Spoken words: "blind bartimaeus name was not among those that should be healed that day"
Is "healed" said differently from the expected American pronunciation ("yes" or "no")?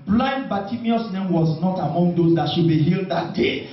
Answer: no